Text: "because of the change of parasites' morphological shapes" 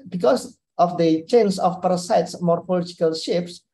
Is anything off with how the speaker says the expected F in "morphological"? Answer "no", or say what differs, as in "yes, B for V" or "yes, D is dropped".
yes, P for F